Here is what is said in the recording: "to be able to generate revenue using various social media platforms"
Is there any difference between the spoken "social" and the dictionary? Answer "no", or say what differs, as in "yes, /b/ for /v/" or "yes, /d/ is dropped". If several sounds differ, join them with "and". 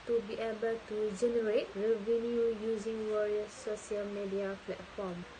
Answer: yes, /ʃ/ is dropped